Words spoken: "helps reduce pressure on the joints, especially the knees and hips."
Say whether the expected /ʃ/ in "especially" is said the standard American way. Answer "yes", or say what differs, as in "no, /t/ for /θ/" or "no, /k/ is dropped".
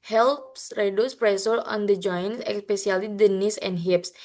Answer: no, /s/ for /ʃ/